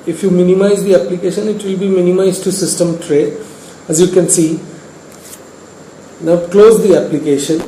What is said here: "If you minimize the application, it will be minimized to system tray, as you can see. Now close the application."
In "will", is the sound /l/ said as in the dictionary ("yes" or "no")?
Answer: yes